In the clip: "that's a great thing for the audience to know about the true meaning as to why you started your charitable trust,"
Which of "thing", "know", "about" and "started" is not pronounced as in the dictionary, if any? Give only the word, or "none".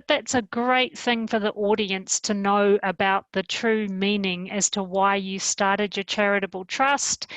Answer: none